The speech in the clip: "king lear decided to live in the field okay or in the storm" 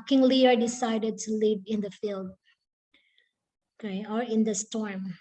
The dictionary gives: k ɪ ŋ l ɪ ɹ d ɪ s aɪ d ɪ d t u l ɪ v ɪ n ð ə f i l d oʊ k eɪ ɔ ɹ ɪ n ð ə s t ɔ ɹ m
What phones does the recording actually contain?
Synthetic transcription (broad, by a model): k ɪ ŋ l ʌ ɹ d ɪ s aɪ d ɪ d t u l ɪ v ɪ n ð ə f i l d oʊ k eɪ ɔ ɹ ɪ n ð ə s t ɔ ɹ m